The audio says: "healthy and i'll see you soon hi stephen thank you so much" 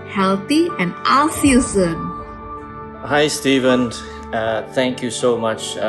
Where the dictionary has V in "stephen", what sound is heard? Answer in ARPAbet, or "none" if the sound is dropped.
V